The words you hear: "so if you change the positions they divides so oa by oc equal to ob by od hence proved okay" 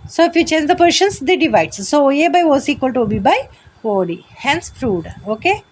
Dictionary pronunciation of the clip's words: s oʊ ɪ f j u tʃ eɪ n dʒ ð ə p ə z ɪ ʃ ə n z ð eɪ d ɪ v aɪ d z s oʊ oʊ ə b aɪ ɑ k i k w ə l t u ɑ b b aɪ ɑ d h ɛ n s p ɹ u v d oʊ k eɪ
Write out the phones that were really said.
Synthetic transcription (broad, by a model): s oʊ ɪ f j u tʃ eɪ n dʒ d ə p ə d ʃ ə n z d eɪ d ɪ v aɪ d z s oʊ oʊ ə b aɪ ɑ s i k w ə l t u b b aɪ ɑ d h ɛ n s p ɹ u d oʊ k eɪ